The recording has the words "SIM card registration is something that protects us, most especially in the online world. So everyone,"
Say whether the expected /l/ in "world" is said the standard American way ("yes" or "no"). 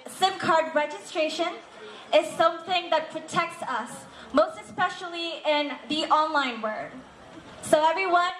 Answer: no